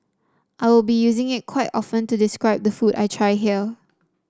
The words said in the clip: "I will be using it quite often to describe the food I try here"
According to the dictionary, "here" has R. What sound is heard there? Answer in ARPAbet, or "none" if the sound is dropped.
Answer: L